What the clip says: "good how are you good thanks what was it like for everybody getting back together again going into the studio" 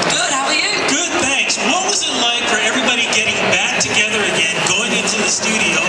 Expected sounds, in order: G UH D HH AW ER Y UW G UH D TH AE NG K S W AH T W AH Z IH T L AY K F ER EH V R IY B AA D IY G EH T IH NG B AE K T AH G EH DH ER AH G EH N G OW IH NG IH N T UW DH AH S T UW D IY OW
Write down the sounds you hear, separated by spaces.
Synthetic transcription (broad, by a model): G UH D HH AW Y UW G UH D TH AE NG K S W AH T W AH Z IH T L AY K F ER EH V R IY B AA D IY G EH T IH NG B AE K T AH G EH DH ER AH G EH N G OW IH NG IH N T UW DH AH S T UW D IY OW